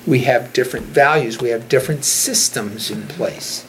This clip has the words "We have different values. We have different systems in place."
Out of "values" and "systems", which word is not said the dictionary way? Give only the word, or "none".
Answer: none